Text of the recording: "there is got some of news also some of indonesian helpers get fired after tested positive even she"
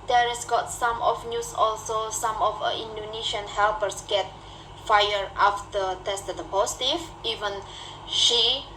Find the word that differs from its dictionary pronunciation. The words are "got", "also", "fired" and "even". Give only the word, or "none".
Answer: fired